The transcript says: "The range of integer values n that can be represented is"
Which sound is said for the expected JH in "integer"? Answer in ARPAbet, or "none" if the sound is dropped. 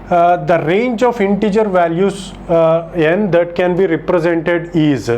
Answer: JH